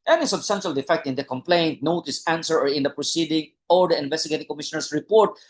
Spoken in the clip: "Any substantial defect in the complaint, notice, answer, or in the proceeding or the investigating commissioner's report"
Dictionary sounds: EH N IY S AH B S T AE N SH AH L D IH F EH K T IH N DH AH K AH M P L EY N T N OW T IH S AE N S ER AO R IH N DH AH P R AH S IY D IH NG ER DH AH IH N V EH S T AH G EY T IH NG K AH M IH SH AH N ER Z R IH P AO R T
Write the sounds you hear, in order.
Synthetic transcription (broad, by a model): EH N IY S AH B S T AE N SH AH L D IH F EH K T IH N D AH K AH M P L EY N T N OW T IH S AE N S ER AO R IH N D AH P R AH S IY D IH NG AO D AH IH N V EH S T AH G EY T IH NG K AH M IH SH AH N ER S R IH P AO R T